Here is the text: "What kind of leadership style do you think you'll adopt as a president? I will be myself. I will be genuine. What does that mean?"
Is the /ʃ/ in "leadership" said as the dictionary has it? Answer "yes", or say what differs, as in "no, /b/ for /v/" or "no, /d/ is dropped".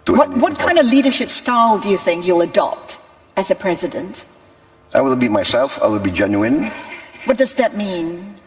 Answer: yes